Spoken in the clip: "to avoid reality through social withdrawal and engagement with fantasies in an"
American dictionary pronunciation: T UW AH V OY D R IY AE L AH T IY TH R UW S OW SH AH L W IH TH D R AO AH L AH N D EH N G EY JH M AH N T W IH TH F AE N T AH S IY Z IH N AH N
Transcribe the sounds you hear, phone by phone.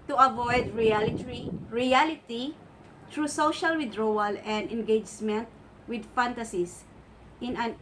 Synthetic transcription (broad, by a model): T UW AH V OY D R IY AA L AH T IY T R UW S OW SH AH L W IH D R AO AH L AH N D EH N G EY JH M AH N T W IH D F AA N T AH S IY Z IH N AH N